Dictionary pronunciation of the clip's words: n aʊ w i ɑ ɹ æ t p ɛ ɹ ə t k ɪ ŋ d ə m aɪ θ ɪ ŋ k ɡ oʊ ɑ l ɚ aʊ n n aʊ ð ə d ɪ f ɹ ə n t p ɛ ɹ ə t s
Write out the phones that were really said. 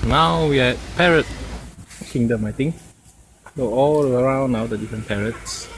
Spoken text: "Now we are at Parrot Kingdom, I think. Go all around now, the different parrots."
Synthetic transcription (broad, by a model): n aʊ w i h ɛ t p ɛ ɹ ə t k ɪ ŋ d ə m aɪ t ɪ ŋ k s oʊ ɑ l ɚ aʊ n n aʊ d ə d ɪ f ɹ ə n p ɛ ɹ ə t s